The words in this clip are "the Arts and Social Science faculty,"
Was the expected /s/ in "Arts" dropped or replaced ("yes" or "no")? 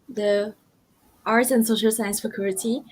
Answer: yes